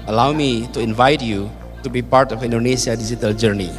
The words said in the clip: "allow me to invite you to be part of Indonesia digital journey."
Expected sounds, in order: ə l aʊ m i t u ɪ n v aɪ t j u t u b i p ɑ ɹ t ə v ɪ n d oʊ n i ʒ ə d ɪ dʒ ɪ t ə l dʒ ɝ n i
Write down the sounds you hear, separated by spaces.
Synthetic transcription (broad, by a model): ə l aʊ m i t u ɪ n v aɪ t j u t u b i p ɑ ɹ t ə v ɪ n d oʊ n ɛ s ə d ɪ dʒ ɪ t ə l dʒ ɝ n i